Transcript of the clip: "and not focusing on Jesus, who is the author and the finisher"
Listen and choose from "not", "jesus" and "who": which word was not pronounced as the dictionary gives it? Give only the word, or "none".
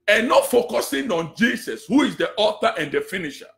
jesus